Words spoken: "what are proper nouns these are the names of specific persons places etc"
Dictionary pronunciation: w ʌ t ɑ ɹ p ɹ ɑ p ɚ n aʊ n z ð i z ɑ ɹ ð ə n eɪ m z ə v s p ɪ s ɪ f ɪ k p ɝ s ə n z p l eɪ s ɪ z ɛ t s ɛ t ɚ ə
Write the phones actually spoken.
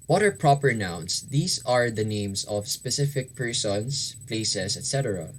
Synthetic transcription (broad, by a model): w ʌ t ɑ ɹ p ɹ ɑ p ɚ n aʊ n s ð i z ɑ ɹ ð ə n eɪ m s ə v s p ɪ s ɪ f ɪ k p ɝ s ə n s p l eɪ s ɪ s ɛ t s ɛ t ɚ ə